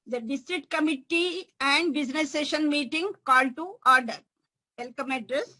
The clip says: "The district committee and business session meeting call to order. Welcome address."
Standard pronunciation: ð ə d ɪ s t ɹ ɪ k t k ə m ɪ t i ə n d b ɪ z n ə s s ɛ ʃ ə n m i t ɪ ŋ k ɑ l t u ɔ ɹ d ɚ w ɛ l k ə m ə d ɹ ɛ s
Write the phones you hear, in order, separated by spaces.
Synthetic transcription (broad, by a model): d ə d ɪ s t ɹ ɪ k t k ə m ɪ t i ə n d b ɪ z n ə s s ɛ ʃ ə n m i t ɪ ŋ k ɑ l t u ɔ ɹ d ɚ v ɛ l k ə m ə d ɹ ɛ s